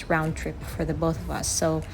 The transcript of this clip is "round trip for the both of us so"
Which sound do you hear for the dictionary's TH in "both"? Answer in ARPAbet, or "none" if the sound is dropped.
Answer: TH